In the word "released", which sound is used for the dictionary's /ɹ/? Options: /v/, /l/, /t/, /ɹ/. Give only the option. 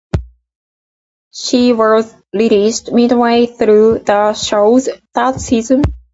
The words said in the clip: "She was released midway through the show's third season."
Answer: /l/